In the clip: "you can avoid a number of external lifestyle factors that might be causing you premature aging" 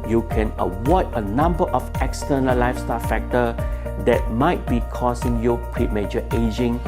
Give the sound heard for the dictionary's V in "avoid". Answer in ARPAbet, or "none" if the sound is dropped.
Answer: W